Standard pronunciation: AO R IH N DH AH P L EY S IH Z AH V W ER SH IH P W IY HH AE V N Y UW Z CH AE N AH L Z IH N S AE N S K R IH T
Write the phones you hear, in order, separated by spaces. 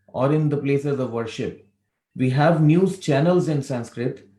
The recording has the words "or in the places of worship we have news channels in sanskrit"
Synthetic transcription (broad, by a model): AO R IH N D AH P L EY S IH Z AH V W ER SH IH P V IY HH AE V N Y UW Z CH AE N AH L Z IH N S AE N S K R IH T